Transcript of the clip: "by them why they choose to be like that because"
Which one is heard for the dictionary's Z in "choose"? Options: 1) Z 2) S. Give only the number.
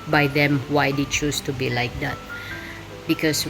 2